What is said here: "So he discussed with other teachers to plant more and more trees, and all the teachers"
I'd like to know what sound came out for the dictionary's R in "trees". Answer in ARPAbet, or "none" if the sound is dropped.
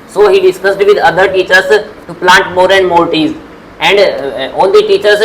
none